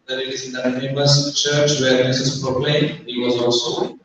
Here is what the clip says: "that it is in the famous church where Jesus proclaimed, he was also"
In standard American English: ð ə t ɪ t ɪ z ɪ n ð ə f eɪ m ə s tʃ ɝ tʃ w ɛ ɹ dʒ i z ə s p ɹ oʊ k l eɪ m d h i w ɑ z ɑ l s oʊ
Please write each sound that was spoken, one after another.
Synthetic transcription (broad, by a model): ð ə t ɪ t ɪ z ɪ n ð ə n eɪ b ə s tʃ ɝ tʃ w ɛ ɹ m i s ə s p ɹ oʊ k l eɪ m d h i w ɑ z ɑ l s oʊ